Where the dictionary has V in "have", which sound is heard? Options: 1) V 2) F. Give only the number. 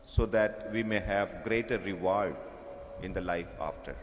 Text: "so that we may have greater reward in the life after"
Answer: 1